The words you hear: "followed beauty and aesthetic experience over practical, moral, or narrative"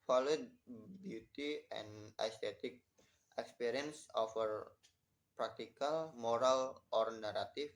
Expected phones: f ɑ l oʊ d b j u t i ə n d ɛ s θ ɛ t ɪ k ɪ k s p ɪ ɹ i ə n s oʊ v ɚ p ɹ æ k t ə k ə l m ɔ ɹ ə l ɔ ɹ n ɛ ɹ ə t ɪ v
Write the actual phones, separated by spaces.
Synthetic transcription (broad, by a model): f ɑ l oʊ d b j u t i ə n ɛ s t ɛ t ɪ k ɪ k s p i ɹ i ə n s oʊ f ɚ p ɹ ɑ k t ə k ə l m ɔ ɹ ə l ɔ ɹ n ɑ ɹ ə t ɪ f